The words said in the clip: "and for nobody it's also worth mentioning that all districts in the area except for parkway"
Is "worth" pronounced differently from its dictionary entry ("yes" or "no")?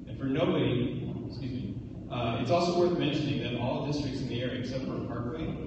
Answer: no